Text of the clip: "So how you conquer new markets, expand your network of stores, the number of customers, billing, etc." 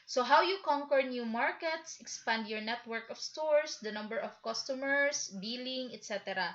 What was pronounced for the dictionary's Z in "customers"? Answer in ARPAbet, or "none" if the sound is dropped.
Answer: S